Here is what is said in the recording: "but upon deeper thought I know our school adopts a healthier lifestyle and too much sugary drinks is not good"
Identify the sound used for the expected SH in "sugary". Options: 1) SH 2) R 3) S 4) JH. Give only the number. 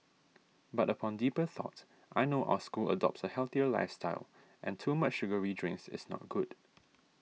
1